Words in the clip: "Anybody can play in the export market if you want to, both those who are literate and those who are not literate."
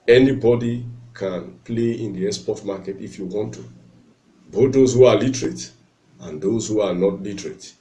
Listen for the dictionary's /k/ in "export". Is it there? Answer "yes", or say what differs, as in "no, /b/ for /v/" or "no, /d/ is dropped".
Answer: no, /k/ is dropped